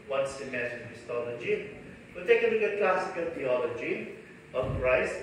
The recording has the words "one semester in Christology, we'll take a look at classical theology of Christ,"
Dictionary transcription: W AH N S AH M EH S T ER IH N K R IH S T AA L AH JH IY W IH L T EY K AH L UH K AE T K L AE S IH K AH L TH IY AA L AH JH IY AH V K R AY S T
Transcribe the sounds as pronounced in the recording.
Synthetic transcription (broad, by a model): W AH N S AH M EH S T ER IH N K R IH S T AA L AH JH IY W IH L T EY K AH N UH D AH K L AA S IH K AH L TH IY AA L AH JH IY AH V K R AY S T